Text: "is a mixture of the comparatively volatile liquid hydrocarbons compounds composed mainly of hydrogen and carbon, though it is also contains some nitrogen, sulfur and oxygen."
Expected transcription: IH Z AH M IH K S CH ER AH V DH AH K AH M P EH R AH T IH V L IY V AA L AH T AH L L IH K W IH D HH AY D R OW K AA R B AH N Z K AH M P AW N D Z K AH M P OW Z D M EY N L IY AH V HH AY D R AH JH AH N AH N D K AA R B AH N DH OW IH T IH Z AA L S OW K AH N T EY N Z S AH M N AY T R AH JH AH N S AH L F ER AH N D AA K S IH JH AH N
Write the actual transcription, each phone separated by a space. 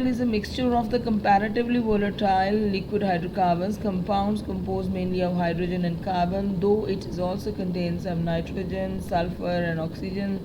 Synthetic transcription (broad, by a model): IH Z AH M IH K S CH ER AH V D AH K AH M P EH R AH T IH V L IY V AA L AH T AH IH L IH K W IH D HH AY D R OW K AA R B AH N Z K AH M P AW N D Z K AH M P OW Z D M EY N L IY AH V HH AY D R AH JH AH N AH N D K AA R B AH N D OW IH T IH Z AA L S OW K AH N T EY N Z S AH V N AY T R AH JH AH N S AH L F ER AH N D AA K S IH JH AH N